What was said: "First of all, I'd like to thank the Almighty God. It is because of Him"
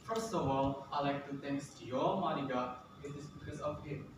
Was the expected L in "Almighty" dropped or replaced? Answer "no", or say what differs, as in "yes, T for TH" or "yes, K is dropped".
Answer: yes, L is dropped